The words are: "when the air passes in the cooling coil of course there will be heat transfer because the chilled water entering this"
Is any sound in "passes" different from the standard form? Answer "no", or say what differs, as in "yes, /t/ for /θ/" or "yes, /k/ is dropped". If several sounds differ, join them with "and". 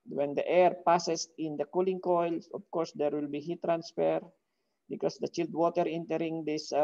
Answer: yes, /s/ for /z/